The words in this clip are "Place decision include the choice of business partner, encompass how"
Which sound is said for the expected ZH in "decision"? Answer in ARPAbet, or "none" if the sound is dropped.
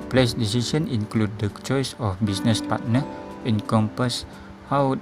S